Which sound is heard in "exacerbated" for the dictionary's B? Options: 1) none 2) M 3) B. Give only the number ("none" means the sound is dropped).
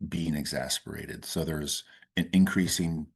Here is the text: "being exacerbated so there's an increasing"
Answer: 1